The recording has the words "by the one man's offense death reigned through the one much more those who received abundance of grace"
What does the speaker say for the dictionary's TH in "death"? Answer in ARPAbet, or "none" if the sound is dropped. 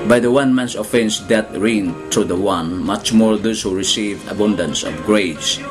T